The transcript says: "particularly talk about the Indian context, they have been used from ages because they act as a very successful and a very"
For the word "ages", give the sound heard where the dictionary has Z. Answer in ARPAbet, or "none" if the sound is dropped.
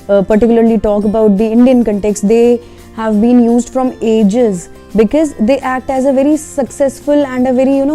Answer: Z